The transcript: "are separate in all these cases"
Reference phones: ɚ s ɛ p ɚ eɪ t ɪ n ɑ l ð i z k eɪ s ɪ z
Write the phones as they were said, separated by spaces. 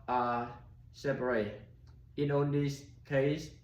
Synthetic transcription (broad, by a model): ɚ s ɛ p ɚ eɪ t ɪ n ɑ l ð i s k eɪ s